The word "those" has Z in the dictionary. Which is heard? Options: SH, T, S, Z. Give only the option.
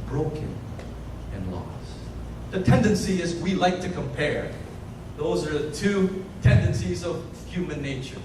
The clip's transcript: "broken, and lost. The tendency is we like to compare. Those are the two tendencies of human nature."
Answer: Z